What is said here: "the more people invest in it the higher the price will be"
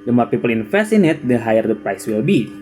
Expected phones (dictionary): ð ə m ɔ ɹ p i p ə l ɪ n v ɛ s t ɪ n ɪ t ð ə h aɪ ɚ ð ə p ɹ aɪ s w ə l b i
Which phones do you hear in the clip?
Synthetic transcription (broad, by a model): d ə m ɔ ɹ p i p ə l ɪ n f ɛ s ɪ n ɪ t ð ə h aɪ ɚ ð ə p ɹ aɪ s w ə l b i